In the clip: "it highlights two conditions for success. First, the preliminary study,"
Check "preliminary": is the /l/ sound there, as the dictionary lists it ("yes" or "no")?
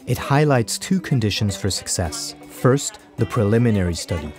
yes